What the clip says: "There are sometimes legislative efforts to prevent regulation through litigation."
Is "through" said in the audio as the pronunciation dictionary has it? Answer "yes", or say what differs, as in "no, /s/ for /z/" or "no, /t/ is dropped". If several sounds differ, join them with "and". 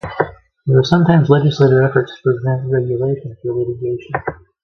no, /f/ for /θ/